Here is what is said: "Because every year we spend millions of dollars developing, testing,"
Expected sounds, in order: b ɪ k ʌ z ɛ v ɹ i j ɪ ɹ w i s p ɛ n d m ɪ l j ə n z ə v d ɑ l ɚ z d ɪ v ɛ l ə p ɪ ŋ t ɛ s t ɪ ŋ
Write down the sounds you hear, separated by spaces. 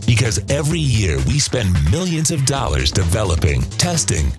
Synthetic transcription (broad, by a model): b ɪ k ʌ z ɛ v ɹ i j ɪ ɹ w i s p ɛ n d m ɪ l j ə n z ə v d ɑ l ɚ z d ɪ v ɛ l ə p ɪ ŋ t ɛ s t ɪ ŋ